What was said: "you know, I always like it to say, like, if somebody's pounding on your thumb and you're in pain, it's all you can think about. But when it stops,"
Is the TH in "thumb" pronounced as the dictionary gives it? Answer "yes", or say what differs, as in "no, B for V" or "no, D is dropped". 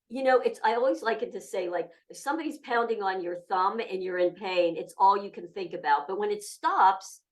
yes